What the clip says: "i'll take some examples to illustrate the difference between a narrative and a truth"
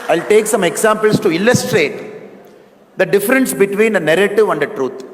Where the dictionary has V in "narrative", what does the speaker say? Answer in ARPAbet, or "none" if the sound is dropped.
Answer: V